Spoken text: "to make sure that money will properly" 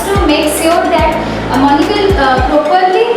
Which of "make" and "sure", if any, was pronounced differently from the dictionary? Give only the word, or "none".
sure